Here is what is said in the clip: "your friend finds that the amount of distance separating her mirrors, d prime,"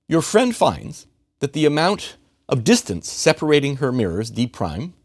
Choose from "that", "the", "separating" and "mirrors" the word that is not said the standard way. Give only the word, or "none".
none